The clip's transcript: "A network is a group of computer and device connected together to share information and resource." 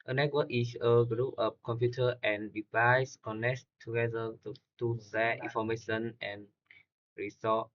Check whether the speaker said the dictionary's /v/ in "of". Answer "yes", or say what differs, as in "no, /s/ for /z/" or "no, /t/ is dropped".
no, /p/ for /v/